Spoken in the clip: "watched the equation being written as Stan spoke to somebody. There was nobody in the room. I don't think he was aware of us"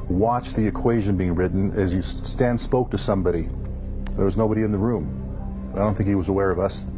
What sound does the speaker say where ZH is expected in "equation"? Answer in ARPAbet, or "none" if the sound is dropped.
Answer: ZH